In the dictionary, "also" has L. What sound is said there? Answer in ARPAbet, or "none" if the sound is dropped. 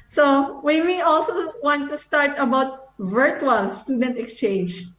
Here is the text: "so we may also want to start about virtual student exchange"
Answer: L